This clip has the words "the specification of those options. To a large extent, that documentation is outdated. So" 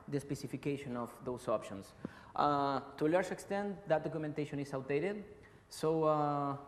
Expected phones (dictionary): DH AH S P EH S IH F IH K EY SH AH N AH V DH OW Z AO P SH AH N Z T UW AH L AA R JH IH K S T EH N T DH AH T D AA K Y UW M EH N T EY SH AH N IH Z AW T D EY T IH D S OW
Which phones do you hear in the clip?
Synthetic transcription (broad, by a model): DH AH S P EH S IH F IH K EY SH AH N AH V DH OW S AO P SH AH N S T UW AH L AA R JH IH K S T EH N T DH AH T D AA K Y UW M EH N T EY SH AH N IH S AW T D EY T IH D S OW